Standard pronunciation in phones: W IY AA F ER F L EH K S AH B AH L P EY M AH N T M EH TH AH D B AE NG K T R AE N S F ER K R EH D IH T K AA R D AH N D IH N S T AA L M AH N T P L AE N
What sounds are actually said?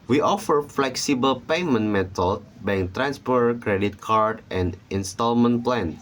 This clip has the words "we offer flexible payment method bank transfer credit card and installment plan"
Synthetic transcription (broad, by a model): W IY AA F ER F L EH K S AH B AH L P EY M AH N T M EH T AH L B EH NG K T R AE N S P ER K R EH D IH T K AA R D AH N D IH N S T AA L M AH N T P L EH N